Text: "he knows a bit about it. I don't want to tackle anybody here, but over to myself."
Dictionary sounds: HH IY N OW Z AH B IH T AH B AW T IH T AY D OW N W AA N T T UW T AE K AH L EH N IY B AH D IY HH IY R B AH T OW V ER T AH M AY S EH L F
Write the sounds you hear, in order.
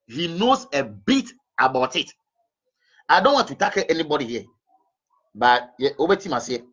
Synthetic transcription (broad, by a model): HH IY N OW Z AH B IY T AH B AW T IH T AY D OW N W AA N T T UW T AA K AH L EH N IY B AH D IY HH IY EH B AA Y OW B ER T AH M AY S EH